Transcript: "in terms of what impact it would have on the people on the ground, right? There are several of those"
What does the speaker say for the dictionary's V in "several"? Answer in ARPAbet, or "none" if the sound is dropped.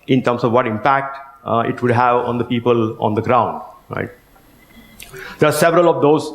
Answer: V